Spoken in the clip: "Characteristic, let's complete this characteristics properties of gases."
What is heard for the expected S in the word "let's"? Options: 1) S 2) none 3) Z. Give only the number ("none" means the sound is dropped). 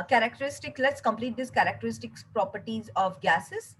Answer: 1